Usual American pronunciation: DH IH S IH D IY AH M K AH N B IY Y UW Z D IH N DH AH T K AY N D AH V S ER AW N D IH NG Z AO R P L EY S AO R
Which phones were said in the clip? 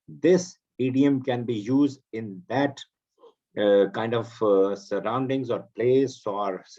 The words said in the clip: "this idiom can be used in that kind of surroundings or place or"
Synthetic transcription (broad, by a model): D IH S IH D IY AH M K AH N B IY Y UW Z D IH N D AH T K AY N D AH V S ER AW N D IH NG Z AO R P L EY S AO R